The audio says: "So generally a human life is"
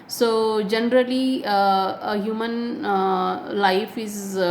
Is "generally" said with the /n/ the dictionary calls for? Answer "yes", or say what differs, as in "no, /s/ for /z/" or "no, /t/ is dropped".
yes